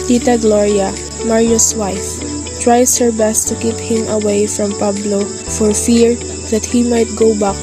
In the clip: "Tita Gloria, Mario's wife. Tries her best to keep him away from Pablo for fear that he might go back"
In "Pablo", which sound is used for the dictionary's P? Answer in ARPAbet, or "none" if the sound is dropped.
P